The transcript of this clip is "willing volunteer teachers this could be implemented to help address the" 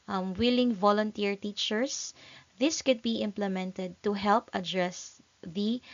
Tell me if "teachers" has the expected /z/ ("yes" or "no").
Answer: no